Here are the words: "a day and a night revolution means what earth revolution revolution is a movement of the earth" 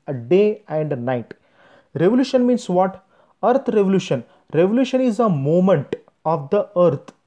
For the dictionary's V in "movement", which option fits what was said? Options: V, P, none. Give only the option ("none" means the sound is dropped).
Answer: none